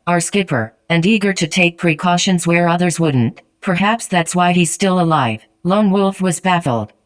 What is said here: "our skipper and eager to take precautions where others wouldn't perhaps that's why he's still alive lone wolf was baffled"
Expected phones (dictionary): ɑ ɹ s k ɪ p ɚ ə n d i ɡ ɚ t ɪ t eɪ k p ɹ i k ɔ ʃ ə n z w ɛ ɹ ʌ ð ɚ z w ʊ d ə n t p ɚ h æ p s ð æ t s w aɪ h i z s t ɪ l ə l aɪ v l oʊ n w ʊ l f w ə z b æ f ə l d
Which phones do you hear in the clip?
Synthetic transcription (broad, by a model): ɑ ɹ s k ɪ p ɚ ə n d i ɡ ɚ t ɪ t eɪ k p ɹ i k ɔ ʃ ə n z w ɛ ɹ ʌ ð ɚ z w ʊ d n t p ɚ h æ p s ð æ t s w aɪ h i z s t ɪ l ə l aɪ v l oʊ n w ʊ l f w ə z b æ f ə l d